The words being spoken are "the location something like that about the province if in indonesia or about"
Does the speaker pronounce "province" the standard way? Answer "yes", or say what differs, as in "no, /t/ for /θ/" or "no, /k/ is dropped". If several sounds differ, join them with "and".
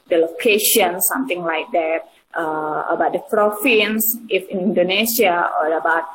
no, /f/ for /v/